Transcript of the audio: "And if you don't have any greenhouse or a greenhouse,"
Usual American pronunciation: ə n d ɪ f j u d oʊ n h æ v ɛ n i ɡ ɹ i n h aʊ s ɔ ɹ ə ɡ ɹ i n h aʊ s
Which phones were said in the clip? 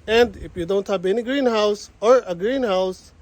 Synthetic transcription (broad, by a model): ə n d ɪ f j u d oʊ n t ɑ p ɛ n i ɡ ɹ i n h aʊ s ɔ ɹ ə ɡ ɹ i n h aʊ s